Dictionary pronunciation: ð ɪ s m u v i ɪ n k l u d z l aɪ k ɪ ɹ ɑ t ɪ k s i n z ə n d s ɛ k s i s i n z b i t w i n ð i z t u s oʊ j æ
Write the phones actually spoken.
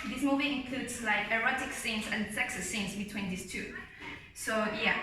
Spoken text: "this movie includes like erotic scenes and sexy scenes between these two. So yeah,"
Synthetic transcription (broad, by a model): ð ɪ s m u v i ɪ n k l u d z l aɪ k ɪ ɹ ɑ t ɪ k s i n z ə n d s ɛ k s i s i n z b i t w i n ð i s t u s oʊ j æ